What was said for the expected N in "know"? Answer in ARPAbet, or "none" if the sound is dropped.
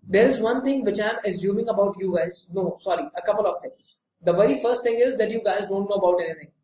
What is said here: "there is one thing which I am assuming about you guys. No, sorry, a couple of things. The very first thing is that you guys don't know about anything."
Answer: N